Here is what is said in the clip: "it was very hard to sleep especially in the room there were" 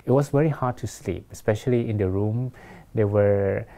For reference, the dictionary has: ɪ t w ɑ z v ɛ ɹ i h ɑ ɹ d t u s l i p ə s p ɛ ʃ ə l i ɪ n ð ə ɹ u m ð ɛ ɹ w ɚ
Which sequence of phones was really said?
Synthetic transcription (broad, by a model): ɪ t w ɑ s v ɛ ɹ i h ɑ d t u s l i p ə s p ɛ ʃ ə l i ɪ n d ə ɹ u m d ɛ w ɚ